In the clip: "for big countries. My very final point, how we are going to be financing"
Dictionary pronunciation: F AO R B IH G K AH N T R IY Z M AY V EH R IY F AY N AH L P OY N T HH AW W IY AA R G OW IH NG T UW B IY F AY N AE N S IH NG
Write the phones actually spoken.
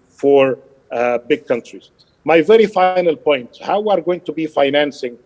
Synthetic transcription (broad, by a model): F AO R B IH G K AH N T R IY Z M AY V EH R IY F AY N AH L P OY N T HH AW W IY AA R G OW IH NG T UW B IY F AY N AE N S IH NG